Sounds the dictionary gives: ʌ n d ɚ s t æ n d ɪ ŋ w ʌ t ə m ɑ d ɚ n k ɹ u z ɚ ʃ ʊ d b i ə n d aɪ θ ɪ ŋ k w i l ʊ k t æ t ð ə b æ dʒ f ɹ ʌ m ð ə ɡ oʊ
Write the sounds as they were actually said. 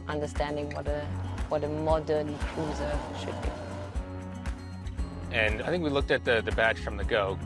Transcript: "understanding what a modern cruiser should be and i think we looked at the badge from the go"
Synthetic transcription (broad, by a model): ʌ n d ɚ s t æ n d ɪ ŋ w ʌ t ə m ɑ d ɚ n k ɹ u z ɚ ʃ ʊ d b i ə n aɪ θ ɪ ŋ k w i l ʊ k t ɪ t ð ə b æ tʃ f ɹ ʌ m ð ə ɡ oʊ